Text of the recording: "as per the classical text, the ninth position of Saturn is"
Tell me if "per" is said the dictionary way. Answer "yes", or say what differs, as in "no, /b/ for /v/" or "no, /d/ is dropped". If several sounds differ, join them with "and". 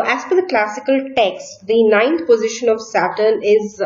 no, /f/ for /p/